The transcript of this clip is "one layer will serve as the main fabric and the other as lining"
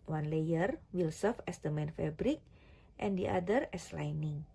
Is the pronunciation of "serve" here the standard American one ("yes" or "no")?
no